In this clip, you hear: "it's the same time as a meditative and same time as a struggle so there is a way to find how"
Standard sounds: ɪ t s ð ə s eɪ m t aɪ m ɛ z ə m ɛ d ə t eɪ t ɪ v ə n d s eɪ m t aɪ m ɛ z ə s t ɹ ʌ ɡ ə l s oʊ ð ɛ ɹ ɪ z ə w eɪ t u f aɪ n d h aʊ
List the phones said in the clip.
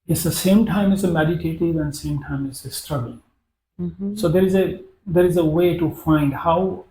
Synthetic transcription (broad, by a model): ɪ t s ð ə s eɪ m t aɪ m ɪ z ə m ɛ d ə t eɪ t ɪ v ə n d s eɪ m t aɪ m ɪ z ə s t ɹ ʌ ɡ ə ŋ s oʊ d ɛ ɹ ɪ z ə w eɪ t u f aɪ n d h aʊ